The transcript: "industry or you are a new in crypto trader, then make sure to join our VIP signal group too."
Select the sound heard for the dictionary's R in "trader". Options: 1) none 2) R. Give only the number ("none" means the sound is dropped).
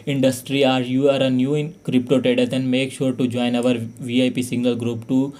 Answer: 1